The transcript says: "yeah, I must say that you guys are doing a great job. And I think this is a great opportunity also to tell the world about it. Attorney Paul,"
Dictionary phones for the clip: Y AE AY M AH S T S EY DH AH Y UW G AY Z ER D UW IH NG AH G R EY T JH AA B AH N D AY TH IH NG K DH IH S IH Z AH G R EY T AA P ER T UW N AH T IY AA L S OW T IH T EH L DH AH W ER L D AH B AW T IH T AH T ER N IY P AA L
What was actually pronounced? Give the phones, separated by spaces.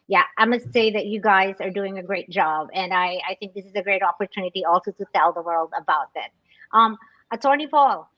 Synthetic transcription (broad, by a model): Y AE AY M AH S T S EY DH AH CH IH G AY Z ER D UW IH NG AH G R EY T JH AA B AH N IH AY TH IH NG K DH IH S IH Z AH G R EY T AA P ER T UW N AH T IY AA L S OW T IH T EH L DH AH W ER L D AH B AW T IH T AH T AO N IY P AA L